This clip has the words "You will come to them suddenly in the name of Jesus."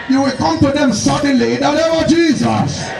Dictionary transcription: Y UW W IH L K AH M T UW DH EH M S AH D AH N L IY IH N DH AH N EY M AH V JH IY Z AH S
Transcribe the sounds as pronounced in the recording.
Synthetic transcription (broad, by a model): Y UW W IH L K AH M T UW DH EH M S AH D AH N L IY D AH L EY AH JH IY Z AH S